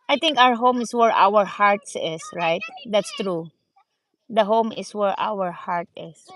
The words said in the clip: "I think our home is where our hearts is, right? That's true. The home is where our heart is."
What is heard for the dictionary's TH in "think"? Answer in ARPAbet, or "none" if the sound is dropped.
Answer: T